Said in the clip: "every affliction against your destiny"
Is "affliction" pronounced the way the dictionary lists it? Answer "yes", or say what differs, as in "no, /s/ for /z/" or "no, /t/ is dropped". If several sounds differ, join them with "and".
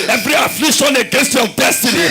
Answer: no, /k/ is dropped